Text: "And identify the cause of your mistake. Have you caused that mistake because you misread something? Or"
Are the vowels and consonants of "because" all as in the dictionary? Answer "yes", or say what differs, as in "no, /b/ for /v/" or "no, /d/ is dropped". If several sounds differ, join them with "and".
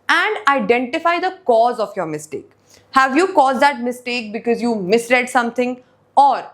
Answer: yes